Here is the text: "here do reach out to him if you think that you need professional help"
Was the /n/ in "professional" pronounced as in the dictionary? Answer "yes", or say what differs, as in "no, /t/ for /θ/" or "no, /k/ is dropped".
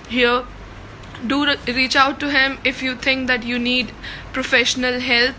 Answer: yes